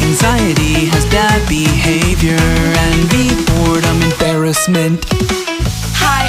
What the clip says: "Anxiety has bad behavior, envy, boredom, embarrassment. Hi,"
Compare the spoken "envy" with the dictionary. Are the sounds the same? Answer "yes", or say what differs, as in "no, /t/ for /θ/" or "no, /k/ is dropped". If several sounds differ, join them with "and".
no, /b/ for /v/